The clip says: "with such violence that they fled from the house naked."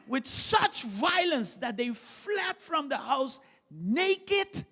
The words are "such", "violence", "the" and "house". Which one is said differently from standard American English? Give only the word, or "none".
none